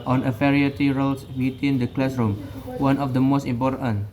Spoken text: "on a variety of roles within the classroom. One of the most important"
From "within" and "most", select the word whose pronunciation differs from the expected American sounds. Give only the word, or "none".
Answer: within